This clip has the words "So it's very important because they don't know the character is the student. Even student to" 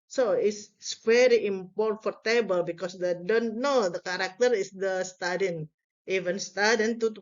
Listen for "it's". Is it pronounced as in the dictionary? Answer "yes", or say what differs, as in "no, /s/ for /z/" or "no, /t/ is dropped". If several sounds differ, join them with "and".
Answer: no, /s/ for /t/